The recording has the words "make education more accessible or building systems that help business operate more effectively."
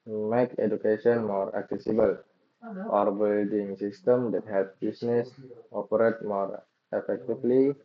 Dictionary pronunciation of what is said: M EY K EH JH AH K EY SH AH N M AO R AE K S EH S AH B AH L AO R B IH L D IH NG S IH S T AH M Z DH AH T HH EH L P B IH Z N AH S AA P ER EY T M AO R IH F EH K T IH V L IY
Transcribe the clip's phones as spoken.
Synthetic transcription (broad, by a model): M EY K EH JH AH K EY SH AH N M AO R AE K S EH S AH B AH L AO R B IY L D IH NG S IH S T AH M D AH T HH EH L P B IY S N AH S AA P ER EY T M AO R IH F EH K T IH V L IY